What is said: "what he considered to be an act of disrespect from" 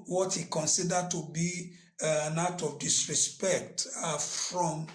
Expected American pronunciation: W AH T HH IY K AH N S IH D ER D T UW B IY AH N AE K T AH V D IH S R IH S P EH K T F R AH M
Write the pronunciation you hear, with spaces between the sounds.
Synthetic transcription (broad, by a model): W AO T HH IY K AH N S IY D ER D T UW B IY N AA T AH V D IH S R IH S P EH K T F R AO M